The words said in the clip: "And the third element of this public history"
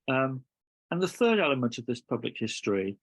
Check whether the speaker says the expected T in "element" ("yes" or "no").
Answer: yes